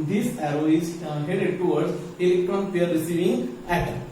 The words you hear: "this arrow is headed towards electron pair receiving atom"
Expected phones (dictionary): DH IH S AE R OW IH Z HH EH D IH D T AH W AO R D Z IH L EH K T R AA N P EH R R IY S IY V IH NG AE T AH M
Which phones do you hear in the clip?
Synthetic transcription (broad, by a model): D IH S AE R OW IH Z HH EH D IH D T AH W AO R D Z IH L EH K T R AA N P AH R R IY S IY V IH NG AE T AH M